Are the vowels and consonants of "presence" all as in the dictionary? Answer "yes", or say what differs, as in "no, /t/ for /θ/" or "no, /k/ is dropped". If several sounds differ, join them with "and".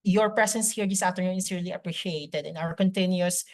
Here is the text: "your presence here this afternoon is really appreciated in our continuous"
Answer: no, /s/ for /z/